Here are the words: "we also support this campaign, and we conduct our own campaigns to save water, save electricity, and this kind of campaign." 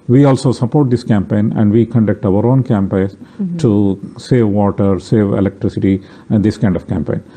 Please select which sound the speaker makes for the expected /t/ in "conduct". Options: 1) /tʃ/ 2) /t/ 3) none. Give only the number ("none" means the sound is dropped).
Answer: 2